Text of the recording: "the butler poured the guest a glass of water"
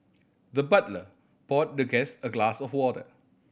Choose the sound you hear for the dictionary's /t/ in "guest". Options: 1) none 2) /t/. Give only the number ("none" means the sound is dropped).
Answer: 1